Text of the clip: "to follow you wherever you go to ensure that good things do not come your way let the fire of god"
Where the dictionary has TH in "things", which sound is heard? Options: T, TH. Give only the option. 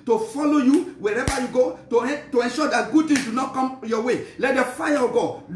T